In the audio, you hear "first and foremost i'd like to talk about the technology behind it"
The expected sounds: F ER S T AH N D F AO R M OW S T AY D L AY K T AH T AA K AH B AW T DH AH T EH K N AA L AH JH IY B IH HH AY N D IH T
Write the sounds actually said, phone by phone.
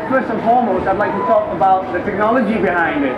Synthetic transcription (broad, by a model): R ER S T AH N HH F AO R M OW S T AY D L AY K T AH T AA K AH B AW T DH AH T EH K N AA L AH JH IY B IH HH AY N D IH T